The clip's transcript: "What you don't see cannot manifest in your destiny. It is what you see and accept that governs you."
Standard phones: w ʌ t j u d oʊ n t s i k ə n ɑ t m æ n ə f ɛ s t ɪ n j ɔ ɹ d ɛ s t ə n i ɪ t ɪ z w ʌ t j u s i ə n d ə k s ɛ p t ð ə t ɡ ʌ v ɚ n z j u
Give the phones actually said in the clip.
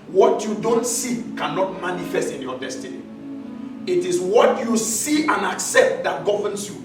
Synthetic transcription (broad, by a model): w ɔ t j u d oʊ n t s i k ə n ɑ t m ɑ n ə f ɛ s t ɪ n j ɔ d ɛ s t ə n i ɪ t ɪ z w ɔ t j u s i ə n ə k s ɛ p t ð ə t ɡ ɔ v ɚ n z j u